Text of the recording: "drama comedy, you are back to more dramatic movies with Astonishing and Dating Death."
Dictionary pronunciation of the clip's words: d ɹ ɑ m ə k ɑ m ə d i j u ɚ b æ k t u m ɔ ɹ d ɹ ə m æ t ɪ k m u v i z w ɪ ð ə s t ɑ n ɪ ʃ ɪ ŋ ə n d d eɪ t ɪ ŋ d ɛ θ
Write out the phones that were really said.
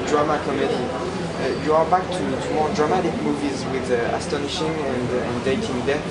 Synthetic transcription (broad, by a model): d ɹ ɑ m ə k ɑ m ə d i j u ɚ b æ k t u m ɔ ɹ d ɹ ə m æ t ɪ k m u v i z w ɪ ð ə s t ɑ n ɪ ʃ ɪ ŋ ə n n d eɪ t ɪ ŋ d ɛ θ